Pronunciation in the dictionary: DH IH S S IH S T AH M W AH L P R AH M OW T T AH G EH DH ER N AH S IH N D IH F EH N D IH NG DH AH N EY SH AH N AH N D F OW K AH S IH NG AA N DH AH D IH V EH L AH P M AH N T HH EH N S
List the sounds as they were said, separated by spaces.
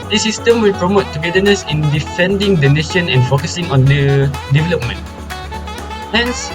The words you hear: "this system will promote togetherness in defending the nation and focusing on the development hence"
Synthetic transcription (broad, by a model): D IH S S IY S T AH M W AH L P R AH M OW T T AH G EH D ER N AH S IH N D IH F EH N D IH NG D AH N EY SH AH N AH N F OW K AH S IH NG AA N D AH D IH V EH L AH P M AH N T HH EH N S